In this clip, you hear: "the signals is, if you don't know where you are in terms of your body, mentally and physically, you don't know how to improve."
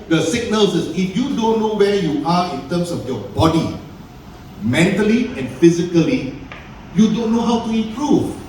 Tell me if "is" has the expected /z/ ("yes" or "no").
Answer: no